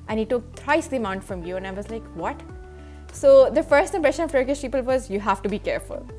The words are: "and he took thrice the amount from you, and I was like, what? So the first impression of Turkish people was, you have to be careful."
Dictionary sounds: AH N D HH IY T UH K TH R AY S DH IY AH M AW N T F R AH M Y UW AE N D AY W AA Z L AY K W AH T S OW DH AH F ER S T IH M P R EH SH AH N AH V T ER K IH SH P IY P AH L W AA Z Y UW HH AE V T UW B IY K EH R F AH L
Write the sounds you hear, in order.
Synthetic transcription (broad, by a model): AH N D HH IY T UH K T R AY S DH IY AH M AW N T F R AH M Y UW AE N AY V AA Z L AY K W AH T S OW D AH F ER S T IH M P R EH SH AH N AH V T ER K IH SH P IY P AH L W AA Z Y UW HH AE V T UW B IY K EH R F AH L